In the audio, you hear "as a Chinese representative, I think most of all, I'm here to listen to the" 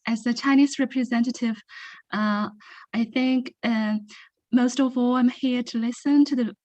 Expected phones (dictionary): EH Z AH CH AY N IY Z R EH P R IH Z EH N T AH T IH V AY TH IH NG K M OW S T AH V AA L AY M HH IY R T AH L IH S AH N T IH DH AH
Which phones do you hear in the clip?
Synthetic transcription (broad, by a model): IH Z AH CH AY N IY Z R EH P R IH Z EH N T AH T IH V AY TH IH NG K M OW S T AH V AA L AY M HH IY R T AH L IH S AH N T IH DH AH